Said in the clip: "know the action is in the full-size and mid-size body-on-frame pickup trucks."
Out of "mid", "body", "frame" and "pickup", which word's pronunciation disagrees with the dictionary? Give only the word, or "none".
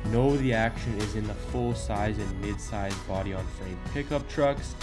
frame